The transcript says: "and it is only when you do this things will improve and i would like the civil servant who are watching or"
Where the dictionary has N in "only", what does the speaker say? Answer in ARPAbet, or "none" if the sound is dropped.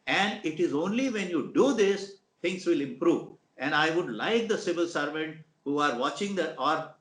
N